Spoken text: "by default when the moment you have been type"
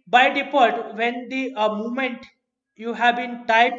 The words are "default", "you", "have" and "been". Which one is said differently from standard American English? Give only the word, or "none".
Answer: default